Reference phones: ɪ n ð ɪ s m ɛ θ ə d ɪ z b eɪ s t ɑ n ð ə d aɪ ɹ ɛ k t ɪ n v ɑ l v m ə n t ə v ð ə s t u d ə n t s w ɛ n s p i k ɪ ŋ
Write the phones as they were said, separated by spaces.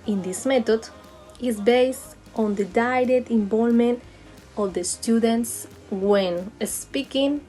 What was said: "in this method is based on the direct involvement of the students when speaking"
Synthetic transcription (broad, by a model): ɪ n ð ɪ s m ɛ t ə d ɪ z b eɪ s t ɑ n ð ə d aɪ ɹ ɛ t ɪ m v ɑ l m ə n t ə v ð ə s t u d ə n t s w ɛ n s p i k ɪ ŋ